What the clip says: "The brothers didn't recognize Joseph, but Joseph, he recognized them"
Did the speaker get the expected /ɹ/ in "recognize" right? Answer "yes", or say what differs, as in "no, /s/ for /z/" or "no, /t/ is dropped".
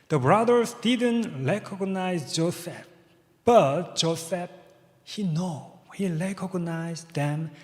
no, /l/ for /ɹ/